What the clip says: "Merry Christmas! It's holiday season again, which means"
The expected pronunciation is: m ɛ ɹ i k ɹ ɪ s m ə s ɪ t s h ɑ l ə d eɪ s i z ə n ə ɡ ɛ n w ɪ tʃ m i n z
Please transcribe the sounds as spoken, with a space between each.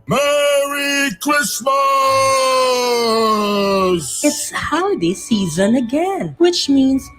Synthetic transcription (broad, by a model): m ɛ ɹ i k l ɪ s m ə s ɪ t s h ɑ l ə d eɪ s i z ə n ə ɡ ɛ n w ɪ tʃ m i n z